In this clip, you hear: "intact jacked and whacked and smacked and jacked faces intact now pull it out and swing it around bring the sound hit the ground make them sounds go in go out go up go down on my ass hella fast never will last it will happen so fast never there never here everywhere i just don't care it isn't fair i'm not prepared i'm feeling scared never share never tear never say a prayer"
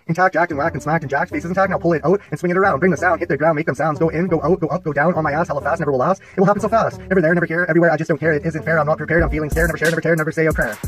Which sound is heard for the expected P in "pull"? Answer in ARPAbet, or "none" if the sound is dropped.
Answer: P